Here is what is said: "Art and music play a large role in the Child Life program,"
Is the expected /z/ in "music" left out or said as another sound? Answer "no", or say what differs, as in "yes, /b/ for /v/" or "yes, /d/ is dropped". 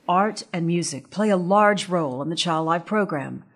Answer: no